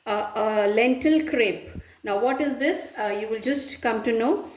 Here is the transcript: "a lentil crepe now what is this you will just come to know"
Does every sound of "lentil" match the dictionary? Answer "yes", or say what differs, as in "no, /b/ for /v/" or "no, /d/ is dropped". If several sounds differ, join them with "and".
yes